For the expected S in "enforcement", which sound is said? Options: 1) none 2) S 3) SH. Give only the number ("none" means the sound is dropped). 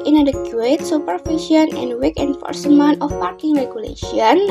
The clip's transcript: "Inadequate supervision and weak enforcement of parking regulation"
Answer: 2